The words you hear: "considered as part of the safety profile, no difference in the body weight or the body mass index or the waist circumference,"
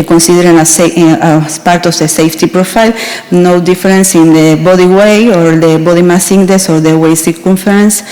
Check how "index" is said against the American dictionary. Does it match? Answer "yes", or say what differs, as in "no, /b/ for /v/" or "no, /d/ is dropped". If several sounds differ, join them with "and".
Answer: no, /k/ is dropped